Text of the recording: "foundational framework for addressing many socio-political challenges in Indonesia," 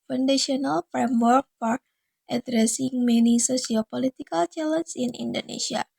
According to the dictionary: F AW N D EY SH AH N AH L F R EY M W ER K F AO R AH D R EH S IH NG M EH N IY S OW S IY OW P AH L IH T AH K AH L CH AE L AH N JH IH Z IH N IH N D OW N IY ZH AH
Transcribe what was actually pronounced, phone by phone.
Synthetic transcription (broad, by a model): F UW N D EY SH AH N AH L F R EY M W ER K P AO R AH D R EH S IH NG M EH N IY S OW S IY OW P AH L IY T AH K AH L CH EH L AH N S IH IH N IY N D OW N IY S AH